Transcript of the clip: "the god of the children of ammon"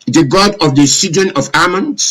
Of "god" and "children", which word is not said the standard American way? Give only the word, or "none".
children